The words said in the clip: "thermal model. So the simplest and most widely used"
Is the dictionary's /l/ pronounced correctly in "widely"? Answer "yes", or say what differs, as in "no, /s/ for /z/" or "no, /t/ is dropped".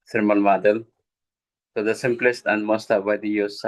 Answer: no, /l/ is dropped